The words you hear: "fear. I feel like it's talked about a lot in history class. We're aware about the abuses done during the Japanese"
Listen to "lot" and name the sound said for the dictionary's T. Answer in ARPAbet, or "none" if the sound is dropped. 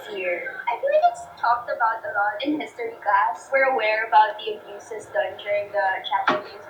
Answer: none